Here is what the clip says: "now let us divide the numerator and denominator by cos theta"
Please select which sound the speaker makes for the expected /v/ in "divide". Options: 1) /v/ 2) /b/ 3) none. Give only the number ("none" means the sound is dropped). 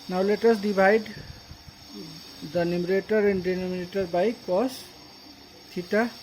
2